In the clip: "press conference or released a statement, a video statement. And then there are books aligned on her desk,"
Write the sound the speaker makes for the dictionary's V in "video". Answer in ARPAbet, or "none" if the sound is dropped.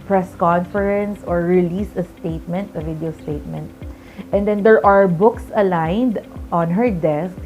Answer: V